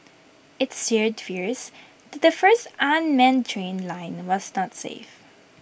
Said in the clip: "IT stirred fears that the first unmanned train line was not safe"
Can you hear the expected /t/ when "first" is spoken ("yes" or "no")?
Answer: yes